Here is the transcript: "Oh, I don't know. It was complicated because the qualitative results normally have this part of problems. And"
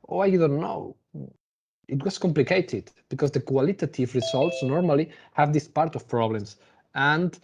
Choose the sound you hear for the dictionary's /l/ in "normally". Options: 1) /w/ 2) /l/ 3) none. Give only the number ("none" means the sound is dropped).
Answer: 2